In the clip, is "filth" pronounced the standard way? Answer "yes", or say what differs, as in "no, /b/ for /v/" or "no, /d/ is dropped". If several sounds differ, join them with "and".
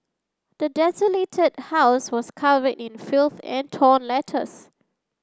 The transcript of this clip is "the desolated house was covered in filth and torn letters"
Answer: yes